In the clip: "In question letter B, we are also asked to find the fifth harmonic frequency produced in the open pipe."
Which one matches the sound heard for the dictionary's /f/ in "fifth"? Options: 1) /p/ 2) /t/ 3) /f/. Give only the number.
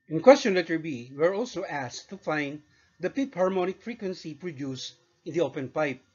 1